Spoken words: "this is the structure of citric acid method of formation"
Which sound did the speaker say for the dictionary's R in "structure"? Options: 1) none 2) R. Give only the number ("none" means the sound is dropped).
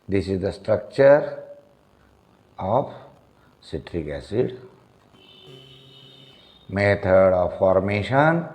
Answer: 2